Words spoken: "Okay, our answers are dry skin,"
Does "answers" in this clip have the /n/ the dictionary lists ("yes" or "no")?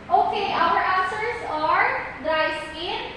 no